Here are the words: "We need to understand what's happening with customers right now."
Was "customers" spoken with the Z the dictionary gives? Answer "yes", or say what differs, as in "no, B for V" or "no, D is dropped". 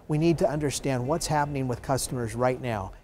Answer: yes